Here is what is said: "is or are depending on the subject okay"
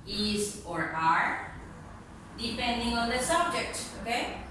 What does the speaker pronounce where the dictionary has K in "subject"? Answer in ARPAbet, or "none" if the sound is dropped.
K